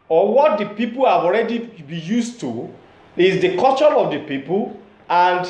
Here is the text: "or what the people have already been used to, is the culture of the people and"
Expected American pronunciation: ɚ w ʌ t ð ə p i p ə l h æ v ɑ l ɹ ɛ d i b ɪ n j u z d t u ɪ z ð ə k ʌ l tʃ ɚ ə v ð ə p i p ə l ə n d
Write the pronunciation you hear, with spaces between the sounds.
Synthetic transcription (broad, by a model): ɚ w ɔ t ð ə p i p ə l h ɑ v ɑ l ɹ ɛ d i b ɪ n j u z t u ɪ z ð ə k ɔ tʃ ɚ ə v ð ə p i p ə l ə n d